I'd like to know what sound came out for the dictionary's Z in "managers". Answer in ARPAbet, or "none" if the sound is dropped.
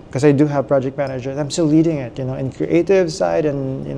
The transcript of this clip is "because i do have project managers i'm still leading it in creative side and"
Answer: none